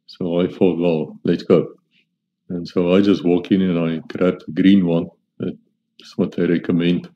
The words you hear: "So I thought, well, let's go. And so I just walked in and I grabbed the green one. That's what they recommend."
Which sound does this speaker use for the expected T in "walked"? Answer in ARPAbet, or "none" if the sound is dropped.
none